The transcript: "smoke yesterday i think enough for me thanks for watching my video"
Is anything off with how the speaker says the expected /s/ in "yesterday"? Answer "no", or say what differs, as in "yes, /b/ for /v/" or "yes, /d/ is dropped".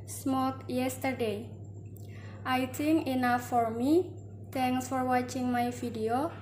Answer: no